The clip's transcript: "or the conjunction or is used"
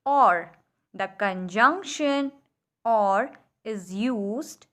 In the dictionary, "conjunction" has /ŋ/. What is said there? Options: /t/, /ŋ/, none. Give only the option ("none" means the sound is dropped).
/ŋ/